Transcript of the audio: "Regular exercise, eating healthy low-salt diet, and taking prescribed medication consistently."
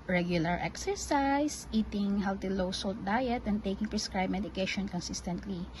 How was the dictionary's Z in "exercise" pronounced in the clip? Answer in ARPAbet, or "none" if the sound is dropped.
S